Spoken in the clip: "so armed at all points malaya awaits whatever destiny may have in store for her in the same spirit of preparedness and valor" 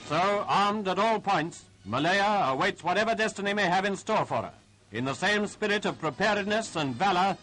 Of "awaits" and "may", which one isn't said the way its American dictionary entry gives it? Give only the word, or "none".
none